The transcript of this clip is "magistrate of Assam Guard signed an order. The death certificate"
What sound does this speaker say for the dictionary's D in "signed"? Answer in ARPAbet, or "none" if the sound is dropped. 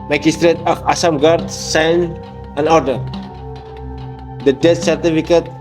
none